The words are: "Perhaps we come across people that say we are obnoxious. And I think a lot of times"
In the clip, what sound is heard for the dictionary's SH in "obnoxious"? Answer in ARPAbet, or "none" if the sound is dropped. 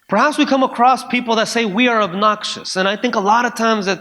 SH